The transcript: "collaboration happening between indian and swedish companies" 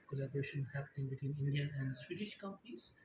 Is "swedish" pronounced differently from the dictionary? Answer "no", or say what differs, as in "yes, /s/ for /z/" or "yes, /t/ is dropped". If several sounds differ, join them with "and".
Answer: no